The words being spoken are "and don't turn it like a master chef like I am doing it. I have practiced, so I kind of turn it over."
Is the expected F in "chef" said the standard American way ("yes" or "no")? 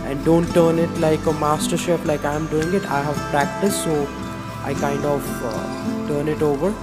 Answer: no